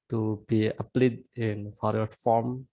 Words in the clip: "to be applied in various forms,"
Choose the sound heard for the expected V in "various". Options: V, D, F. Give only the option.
F